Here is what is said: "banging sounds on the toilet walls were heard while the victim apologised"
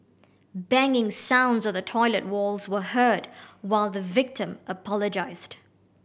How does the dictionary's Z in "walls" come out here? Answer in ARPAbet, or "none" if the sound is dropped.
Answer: Z